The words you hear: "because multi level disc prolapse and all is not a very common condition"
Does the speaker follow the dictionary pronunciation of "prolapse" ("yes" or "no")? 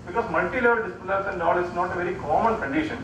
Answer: no